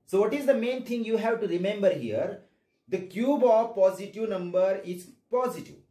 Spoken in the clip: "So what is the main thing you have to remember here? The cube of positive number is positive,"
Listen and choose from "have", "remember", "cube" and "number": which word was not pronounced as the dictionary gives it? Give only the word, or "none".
none